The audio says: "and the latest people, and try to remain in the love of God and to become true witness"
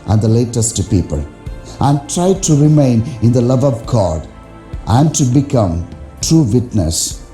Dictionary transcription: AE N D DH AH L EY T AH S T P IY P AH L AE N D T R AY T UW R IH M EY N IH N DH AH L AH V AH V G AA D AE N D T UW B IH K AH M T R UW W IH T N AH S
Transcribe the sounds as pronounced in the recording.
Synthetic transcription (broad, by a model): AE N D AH L EY T AH S T P IY P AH L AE N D T R AY T UW R IH M EY N IH N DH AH L AH V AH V G AA D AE N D T UW B IH K AH M T R UW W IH T N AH S